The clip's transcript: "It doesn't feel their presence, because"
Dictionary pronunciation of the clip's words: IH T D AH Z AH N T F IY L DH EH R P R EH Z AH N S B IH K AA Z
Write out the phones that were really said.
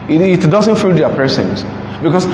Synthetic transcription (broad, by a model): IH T D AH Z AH N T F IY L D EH P EH S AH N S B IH K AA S